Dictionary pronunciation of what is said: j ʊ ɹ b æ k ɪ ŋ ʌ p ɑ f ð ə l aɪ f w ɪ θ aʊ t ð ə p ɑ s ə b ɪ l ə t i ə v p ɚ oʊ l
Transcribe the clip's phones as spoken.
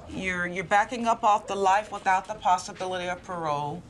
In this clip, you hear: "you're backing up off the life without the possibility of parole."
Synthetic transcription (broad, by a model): j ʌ ɹ b æ k ɪ ŋ ʌ p ɑ f ð ə l aɪ f w ɪ θ aʊ t ð ə p ɑ s ə b ɪ l ə t i ə v p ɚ oʊ